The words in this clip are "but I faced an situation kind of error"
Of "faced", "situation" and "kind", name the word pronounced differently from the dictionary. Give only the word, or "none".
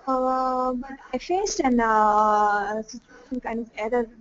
none